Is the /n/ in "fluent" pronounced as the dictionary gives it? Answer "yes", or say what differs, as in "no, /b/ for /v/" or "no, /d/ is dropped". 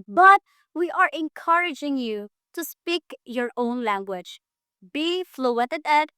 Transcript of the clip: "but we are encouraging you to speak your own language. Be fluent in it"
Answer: no, /n/ is dropped